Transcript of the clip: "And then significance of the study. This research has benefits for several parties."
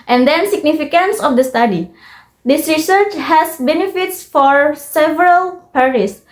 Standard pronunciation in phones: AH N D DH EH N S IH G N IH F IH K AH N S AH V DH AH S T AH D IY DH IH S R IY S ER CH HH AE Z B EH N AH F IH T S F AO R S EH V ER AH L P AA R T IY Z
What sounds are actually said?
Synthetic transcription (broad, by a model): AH N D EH N S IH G N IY F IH K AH N S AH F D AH S T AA D IY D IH S R IY S ER CH HH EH S B EH N AH F IH T S F AO R S EH V ER AH L P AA R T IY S